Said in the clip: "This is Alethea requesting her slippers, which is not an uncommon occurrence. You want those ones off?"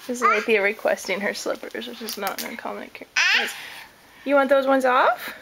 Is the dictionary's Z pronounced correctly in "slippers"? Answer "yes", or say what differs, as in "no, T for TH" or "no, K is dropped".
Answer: yes